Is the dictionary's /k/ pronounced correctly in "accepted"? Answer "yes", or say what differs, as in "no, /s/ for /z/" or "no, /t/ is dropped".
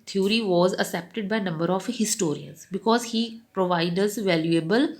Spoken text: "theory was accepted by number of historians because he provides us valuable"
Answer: no, /k/ is dropped